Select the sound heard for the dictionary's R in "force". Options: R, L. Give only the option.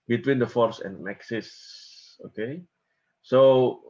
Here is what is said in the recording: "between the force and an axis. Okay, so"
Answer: R